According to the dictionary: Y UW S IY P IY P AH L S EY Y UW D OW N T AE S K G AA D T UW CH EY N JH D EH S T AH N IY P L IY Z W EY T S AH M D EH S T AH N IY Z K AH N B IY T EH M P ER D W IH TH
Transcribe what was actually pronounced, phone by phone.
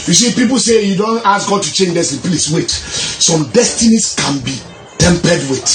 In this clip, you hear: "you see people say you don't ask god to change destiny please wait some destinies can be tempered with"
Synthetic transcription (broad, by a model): Y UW S IY P IY P AH L S EY Y UW D OW N T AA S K G AA D T UW CH EY N JH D EH S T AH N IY P L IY S W EY T S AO M D EH S T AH N IY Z K AH N B IY T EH M P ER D W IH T